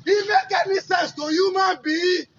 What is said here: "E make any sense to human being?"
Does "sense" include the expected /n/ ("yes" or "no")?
no